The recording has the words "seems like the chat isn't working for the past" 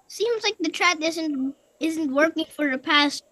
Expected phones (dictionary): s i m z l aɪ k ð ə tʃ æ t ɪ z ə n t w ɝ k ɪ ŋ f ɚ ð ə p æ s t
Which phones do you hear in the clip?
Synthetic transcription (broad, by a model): s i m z l aɪ k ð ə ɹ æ t ɪ z ə n t w ɝ k ɪ ŋ f ɚ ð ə p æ s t